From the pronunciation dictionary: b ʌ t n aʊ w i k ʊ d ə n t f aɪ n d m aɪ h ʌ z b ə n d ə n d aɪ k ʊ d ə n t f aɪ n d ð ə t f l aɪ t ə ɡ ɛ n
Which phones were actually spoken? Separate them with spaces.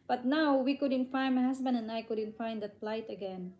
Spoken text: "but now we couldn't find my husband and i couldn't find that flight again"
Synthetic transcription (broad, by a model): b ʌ t n aʊ w i k ʊ d ə n t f aɪ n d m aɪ h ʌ s b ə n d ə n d aɪ k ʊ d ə n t f aɪ n d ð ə t p l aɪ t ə ɡ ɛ n